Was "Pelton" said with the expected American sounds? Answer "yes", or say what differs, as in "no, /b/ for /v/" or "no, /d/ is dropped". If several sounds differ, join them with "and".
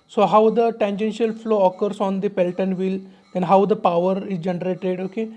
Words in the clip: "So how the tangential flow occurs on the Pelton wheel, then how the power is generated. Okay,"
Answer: yes